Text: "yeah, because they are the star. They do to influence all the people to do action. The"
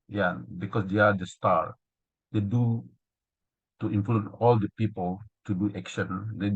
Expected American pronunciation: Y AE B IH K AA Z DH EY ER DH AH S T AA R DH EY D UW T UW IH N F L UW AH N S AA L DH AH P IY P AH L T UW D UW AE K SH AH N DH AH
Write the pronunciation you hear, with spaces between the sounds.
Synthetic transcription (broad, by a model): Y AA B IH K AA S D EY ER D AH S T AA R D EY D UW T UW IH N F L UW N AA L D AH P IY P AH L T UW D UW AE K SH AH N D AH